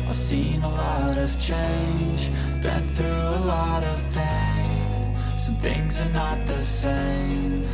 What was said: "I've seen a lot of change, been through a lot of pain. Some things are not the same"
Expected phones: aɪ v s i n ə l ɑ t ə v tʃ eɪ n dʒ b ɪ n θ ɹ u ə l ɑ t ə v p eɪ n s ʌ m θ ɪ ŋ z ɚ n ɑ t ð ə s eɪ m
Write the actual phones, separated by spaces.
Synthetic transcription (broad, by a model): aɪ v s i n ə l ɑ t ə v tʃ eɪ n dʒ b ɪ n θ ɹ u ə l ɑ t ə v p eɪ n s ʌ θ ɪ ŋ z ɚ n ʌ t ð ə s eɪ m